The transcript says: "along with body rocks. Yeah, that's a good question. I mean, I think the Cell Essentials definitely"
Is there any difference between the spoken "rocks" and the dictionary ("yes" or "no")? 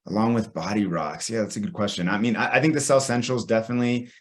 no